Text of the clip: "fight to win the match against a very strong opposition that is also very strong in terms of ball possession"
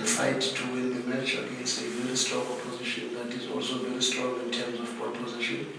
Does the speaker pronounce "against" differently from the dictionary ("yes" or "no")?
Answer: yes